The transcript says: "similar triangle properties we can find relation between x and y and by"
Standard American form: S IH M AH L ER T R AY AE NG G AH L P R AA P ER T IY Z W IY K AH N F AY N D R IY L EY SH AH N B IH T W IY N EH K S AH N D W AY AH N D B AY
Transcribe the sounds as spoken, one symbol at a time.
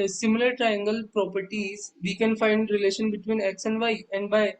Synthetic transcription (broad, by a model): S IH M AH L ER T R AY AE NG G AH L P R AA P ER T IY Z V IY K AH N F AY N D R IY L EY SH AH N B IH T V IY N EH K S AH N D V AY AH N D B AY